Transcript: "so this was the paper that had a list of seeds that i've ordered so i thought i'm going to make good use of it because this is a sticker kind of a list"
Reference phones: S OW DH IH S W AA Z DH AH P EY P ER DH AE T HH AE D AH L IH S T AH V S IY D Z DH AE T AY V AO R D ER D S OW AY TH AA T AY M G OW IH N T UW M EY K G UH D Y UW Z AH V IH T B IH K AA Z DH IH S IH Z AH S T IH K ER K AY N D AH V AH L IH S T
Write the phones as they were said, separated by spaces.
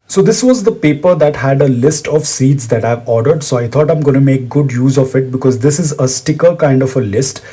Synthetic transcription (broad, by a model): S OW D IH S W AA Z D AH P EY P ER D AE T HH AE D AH L IH S T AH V S IY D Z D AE T AY V AO R D ER D S OW AY T AA T AY M G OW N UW M EY K G UH D Y UW Z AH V IH T B IH K AA Z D IH S IH Z AH S T IH K ER K AY N D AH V AH L IH S T